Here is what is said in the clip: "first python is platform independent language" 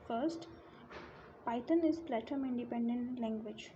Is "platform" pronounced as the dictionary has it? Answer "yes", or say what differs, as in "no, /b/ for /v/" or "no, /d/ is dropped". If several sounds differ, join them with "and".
no, /f/ is dropped